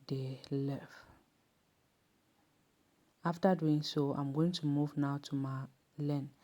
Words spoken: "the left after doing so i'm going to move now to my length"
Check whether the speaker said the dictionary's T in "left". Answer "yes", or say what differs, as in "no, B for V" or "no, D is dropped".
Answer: no, T is dropped